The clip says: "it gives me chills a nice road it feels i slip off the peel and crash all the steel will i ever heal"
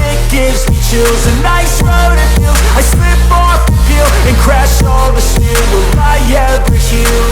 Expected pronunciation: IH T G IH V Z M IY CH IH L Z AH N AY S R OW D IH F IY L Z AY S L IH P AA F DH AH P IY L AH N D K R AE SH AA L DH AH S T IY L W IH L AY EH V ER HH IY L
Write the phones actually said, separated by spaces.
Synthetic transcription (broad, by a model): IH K G IH V Z M IY CH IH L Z AH N AY S R OW D IH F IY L AY S L IH P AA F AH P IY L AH N K R AE SH AA L DH AH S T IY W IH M AY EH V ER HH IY